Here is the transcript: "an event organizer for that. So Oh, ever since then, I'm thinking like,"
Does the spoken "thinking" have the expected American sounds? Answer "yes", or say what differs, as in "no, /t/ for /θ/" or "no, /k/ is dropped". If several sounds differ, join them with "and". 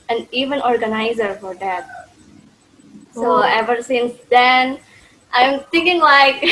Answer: no, /t/ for /θ/